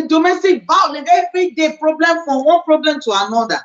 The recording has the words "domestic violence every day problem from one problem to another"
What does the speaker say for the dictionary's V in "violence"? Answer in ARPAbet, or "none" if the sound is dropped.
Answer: B